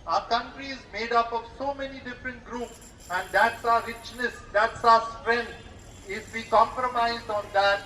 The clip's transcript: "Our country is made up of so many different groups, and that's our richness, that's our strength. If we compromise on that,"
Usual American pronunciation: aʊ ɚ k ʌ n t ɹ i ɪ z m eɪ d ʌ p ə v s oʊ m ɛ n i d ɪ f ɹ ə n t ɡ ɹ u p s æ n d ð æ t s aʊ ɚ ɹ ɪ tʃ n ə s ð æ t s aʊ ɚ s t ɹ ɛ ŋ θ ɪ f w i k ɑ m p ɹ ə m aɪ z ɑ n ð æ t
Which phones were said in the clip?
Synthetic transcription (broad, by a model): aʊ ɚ k ʌ n t ɹ i ɪ z m eɪ d ʌ p ə v s oʊ m ɛ n i d ɪ f ɹ ə n t ɡ ɹ u p s æ n d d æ t s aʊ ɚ ɹ ɪ tʃ n ə s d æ t s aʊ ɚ s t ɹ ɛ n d ɪ f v i k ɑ m p ɹ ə m aɪ z ɑ n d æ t